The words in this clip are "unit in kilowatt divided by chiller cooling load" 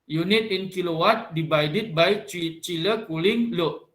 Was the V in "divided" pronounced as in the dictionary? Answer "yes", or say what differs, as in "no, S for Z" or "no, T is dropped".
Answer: no, B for V